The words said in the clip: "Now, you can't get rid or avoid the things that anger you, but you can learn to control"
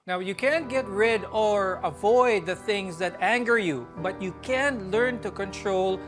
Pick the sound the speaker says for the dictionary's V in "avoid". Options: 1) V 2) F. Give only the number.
1